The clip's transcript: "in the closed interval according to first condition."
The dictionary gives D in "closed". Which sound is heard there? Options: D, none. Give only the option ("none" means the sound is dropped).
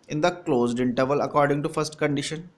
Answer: D